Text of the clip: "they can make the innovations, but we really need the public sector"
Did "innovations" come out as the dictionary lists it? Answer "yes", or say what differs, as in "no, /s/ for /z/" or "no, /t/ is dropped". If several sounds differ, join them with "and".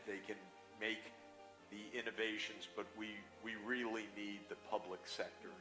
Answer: yes